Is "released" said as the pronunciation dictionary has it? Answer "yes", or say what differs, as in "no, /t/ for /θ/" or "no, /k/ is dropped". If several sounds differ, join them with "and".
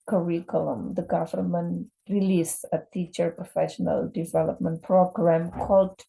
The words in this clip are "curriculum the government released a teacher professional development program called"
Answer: no, /t/ is dropped